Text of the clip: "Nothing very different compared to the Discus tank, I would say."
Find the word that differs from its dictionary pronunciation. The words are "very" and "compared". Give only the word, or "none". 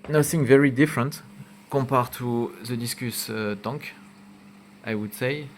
compared